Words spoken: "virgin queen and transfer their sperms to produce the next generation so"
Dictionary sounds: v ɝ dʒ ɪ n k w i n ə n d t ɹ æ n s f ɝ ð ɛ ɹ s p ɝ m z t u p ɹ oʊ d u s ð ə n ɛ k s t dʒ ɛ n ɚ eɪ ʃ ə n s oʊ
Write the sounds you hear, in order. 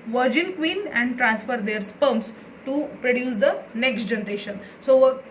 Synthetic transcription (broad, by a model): v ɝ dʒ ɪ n k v i n ə n d t ɹ æ n s f ɝ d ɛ ɹ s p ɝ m s t u p ɹ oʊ d u s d ə n ɛ k s t dʒ ɛ n ɚ eɪ ʃ ə n s oʊ